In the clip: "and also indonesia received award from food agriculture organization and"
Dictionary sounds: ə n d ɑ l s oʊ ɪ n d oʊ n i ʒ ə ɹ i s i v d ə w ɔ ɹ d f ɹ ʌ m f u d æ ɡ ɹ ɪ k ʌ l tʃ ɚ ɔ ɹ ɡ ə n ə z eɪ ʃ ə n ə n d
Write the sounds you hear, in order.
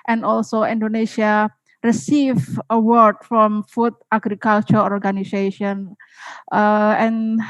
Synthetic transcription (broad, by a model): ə n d ɑ l s oʊ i n d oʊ n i ʃ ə ɹ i s i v ə w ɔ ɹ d f ɹ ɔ m f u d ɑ ɡ ɹ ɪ k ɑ l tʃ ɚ ɔ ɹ ɡ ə n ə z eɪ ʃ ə n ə n